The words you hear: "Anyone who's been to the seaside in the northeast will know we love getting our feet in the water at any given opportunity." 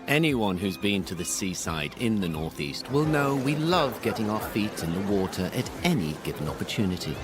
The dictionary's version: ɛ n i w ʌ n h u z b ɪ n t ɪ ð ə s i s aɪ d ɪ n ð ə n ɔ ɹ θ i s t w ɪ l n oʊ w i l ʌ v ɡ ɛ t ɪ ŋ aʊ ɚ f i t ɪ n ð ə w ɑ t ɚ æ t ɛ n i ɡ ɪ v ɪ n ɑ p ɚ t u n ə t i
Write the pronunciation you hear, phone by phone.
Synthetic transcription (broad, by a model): ɛ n i w ʌ n h u z b ɪ n t ɪ ð ə s i s aɪ d ɪ n ð ə n ɔ ɹ θ i s t w ɪ l n oʊ w i l ʌ v ɡ ɛ t ɪ ŋ aʊ ɚ f i t ɪ n ð ə w ɑ t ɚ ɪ t ɛ n i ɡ ɪ v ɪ n ɑ p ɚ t u n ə t i